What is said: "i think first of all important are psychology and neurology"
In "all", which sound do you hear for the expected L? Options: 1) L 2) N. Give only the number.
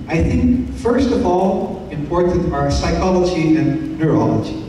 1